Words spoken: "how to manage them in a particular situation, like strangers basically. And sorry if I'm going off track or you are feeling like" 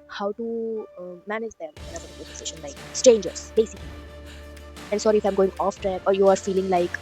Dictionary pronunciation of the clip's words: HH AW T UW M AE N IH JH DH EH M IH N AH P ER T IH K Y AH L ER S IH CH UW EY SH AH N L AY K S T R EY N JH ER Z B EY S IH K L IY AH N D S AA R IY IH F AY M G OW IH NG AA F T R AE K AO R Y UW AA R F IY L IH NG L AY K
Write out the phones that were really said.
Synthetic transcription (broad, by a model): HH AW T UW M AE N IH JH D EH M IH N AH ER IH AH ER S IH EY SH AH N L AY K S T R EY N JH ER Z B EY S IH K L IY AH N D S AA R IY IH F AY M G OW IH NG AA F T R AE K AO R Y UW AA R F IY L IH NG L AY K